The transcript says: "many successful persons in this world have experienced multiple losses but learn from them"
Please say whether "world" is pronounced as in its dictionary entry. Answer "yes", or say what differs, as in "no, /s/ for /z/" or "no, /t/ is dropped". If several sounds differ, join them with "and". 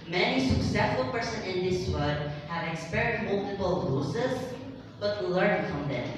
no, /l/ is dropped